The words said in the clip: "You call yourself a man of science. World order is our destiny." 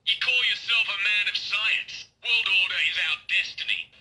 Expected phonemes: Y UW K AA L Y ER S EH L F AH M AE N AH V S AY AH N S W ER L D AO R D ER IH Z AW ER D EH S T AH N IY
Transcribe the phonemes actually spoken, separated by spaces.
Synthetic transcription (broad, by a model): Y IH K AA L Y ER S EH L F AH M AE N AH V S AY AH N S W ER L D AO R D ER IH Z AW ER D EH S T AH N IY